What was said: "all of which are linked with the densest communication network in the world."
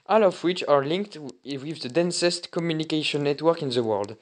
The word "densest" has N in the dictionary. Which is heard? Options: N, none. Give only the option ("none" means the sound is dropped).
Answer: N